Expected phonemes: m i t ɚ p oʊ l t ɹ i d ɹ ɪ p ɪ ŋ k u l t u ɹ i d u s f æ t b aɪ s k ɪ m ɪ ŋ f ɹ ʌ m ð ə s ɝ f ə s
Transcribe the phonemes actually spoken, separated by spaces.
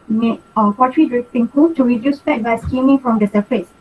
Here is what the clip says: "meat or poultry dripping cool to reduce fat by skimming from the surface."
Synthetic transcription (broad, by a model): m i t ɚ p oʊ t ɹ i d ɹ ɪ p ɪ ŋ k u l t u ɹ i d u s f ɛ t b aɪ s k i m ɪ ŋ f ɹ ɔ m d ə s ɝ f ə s